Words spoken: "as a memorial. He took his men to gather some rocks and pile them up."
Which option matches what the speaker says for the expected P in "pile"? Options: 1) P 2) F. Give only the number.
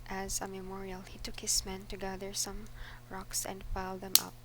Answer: 2